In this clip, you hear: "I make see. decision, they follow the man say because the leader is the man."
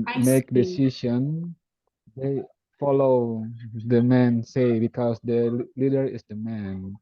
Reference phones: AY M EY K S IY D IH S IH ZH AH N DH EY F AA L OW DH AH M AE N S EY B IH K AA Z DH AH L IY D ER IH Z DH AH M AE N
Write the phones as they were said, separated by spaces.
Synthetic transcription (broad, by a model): M EY K D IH S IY SH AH N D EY F AA L OW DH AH M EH N S EY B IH K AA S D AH L IY D ER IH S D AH M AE N